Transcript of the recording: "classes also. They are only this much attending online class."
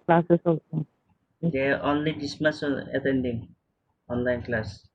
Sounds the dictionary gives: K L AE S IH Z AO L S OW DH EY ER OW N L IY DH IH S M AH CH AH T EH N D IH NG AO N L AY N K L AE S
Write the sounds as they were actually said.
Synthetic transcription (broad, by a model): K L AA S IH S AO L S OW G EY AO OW N L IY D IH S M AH S AH T EH N D IH NG AO N L AY N K L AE S